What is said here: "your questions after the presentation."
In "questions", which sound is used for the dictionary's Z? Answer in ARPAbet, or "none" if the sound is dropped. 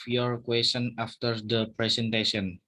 none